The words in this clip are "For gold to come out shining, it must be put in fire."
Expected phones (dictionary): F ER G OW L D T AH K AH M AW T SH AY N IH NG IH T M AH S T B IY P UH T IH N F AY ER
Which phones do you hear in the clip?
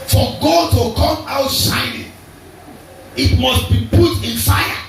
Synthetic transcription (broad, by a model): F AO G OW D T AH K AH M AW T S AY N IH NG IH T M AH S T B IY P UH T IH N F AY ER